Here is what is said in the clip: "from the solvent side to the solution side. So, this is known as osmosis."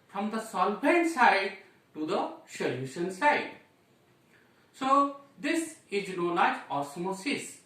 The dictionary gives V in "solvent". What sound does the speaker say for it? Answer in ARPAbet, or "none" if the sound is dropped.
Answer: B